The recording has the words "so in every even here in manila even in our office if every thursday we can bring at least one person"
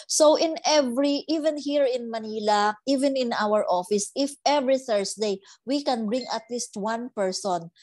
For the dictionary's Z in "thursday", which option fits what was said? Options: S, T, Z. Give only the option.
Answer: S